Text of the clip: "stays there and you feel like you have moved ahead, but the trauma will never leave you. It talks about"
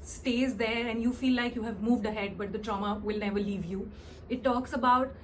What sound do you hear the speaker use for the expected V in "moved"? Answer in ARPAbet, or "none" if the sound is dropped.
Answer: V